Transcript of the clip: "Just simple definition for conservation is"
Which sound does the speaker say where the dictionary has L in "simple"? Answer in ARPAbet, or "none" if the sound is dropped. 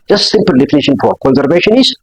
L